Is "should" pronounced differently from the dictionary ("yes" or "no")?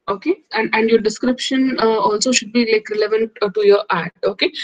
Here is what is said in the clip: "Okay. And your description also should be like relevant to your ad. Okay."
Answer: no